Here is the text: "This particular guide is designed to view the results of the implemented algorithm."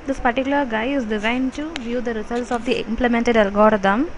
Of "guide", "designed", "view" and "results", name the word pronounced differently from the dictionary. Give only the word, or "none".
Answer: guide